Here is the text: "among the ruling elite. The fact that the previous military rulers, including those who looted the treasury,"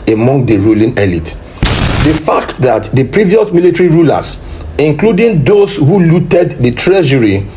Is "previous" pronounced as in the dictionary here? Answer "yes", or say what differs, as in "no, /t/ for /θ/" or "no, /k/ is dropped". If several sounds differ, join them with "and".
yes